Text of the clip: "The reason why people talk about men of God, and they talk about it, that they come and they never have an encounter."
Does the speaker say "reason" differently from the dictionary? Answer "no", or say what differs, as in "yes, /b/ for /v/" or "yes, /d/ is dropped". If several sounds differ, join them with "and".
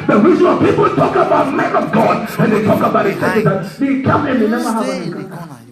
yes, /w/ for /ɹ/